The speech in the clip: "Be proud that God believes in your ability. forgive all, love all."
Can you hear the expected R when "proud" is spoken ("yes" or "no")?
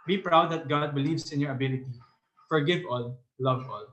yes